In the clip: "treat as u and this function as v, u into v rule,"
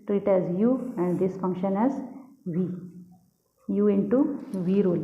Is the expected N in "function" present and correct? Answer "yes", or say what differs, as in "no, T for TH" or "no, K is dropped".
yes